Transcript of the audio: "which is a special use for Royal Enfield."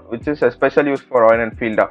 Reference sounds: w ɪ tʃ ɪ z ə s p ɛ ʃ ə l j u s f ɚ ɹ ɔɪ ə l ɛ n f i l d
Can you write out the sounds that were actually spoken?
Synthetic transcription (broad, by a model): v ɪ tʃ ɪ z ə s p ɛ ʃ ə l j u s f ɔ ɹ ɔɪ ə n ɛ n f i l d